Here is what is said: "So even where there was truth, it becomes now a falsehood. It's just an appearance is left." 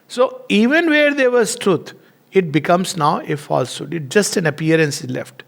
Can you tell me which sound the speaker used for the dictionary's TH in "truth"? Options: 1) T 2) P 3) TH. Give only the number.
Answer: 1